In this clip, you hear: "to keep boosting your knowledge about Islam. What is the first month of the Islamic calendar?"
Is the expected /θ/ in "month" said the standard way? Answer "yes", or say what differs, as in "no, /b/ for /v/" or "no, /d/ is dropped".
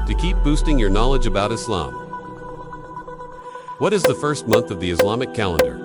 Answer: yes